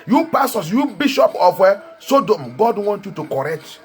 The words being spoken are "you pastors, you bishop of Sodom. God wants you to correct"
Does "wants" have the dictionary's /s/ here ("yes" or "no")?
no